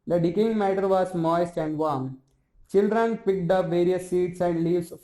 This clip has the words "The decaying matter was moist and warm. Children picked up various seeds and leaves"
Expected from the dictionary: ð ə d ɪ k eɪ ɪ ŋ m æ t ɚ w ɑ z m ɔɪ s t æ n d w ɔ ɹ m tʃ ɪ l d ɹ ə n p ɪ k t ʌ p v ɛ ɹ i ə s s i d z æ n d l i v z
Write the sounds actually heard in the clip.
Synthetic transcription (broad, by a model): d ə d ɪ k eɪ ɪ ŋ m æ t ɚ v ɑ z m ɔɪ s t æ n d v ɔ ɹ m tʃ ɪ l d ɹ ə n p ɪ k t ʌ p v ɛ ɹ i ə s s i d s æ n d l i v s